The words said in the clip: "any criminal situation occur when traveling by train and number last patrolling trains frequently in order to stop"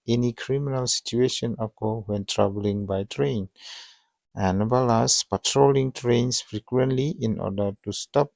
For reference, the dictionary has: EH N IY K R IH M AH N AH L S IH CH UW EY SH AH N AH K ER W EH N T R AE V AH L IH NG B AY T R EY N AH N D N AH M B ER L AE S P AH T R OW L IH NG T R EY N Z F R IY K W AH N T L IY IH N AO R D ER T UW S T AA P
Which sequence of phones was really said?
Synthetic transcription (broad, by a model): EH N IY K R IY M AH N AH L S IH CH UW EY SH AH N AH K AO W EH N T R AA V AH L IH NG B AY T R EY N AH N N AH B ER L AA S P AH T R OW L IH NG T R EY N S F R IY K W AH N T L IY IH N AO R D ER T UW S T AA P